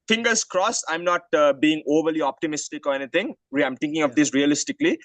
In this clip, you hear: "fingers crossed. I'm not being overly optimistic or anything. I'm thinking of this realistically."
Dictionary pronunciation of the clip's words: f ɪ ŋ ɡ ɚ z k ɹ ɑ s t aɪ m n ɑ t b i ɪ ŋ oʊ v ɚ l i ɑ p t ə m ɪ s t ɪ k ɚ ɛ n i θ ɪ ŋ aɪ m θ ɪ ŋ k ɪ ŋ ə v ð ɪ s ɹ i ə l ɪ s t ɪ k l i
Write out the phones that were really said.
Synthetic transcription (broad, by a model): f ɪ ŋ ɡ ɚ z k ɹ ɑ s aɪ m n ɑ t b i ɪ ŋ oʊ v ɚ l i ɑ p t ə m ɪ s t ɪ k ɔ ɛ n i t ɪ ŋ aɪ m t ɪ ŋ k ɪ ŋ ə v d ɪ s ɹ i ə l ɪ s t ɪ k l i